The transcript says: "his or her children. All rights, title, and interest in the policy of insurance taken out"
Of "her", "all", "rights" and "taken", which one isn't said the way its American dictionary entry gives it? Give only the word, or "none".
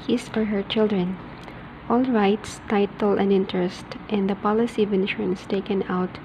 none